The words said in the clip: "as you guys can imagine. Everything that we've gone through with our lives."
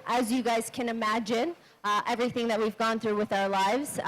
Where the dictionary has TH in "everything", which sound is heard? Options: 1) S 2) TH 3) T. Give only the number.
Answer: 2